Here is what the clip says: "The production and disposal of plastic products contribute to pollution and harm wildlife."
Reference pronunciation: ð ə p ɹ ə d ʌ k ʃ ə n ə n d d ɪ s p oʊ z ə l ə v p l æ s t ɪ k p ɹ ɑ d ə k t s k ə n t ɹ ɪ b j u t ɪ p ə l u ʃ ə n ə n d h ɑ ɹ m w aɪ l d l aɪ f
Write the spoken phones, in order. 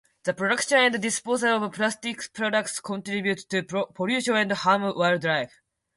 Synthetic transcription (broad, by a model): ð ə p ɹ ə d ʌ k ʃ ə n ə n d d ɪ s p oʊ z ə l ə v p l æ s t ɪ k p ɹ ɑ d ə k t s k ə n t ɹ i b j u t ɪ p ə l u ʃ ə ə n d h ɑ m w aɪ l d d aɪ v